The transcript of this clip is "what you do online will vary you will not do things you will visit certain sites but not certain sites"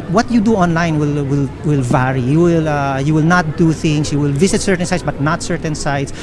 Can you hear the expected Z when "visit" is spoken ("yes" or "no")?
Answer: no